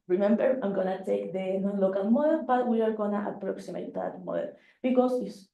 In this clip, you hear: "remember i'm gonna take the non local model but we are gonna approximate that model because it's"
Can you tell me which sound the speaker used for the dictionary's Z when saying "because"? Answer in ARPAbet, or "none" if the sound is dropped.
S